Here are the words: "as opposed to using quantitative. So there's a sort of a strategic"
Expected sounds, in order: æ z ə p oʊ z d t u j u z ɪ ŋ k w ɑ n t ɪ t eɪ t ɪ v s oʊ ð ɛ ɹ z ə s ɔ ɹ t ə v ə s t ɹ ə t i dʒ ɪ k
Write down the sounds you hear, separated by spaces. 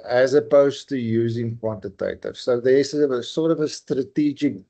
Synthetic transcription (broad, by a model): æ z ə p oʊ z t u j u z ɪ ŋ k w ɑ n t ɪ t eɪ t ɪ v s oʊ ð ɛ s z ə s ɔ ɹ t ə v ə s t ɹ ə t i dʒ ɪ k